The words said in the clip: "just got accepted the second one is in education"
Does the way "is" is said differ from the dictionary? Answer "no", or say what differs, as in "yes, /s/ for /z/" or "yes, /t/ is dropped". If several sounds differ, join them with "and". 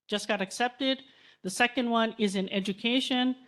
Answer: no